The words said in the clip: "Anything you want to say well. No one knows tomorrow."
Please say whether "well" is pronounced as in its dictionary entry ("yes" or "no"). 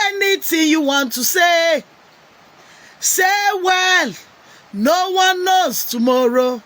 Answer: yes